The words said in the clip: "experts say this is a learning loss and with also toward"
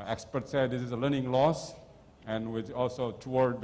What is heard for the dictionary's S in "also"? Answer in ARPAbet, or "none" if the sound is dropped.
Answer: S